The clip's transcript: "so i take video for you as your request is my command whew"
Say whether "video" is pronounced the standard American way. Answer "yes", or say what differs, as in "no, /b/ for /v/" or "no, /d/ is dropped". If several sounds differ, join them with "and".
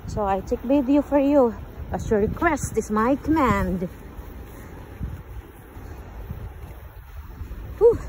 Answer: no, /b/ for /v/